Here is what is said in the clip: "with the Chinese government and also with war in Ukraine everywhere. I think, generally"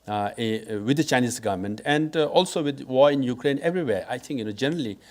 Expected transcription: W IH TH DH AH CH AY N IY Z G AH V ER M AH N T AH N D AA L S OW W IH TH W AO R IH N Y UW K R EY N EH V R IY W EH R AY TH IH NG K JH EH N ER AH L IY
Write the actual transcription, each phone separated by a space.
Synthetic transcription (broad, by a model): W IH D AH CH AY N IY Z G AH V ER M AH N T AH N D AA L S OW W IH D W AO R IH N Y UW K R EY N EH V R IY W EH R AY T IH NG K JH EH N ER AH L IY